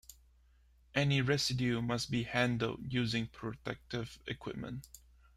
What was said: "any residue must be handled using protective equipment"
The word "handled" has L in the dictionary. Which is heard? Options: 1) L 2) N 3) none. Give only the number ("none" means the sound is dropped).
1